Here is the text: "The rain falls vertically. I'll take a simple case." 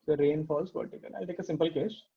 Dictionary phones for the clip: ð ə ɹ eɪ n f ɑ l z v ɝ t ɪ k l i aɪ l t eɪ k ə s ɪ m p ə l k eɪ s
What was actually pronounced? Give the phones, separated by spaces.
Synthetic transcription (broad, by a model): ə ɹ eɪ n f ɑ l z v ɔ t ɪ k i aɪ l t eɪ k ə s ɪ m p ə l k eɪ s